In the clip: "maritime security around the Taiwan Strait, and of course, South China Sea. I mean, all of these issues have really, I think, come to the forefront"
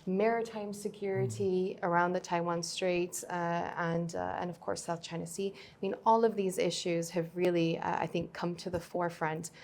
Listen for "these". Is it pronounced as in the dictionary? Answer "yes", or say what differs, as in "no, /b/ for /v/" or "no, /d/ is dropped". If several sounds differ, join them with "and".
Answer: yes